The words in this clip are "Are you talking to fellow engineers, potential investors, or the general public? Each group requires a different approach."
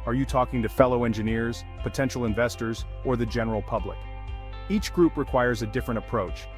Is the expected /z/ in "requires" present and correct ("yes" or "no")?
yes